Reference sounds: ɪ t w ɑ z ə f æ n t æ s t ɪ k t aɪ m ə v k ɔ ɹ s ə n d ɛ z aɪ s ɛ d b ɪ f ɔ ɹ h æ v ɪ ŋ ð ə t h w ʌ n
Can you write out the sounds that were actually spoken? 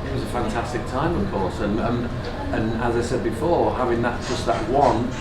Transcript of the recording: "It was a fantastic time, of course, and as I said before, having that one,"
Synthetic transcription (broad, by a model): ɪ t w ɑ z ə f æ n t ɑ s t ɪ k t aɪ m ə v k ɔ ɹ s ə n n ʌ z aɪ s ɛ d b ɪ f ɔ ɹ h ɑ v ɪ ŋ ð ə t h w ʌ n